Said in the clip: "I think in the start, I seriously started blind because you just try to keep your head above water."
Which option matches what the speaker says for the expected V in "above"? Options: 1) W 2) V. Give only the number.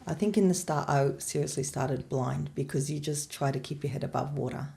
2